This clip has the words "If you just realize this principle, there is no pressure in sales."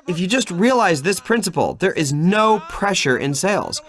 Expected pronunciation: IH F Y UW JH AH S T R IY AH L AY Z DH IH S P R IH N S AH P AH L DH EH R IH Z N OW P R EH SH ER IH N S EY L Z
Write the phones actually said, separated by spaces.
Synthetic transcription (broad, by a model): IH F Y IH JH AH S T R IY AH L AY Z DH IH S P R IH N S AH P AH L DH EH R IH Z N OW P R EH SH ER IH N S EY L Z